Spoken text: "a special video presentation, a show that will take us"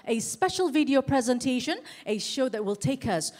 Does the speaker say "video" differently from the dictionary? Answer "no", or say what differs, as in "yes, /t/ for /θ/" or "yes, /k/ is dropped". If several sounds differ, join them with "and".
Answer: no